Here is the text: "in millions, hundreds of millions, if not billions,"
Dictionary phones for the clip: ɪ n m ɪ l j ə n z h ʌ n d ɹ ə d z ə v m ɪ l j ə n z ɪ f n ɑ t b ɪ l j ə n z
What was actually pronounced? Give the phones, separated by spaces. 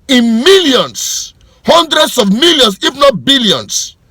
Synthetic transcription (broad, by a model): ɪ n m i l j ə n s h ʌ n d ɹ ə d s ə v m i l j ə n s ɪ f n ɑ t b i l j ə n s